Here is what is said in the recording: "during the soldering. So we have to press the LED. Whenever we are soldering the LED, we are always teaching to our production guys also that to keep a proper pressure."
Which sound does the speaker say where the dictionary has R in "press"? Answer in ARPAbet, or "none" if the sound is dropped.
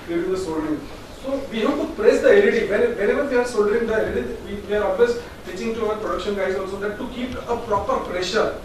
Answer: R